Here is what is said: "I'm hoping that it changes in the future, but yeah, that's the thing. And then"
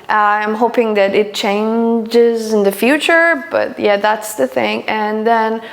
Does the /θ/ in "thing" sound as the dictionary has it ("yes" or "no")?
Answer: yes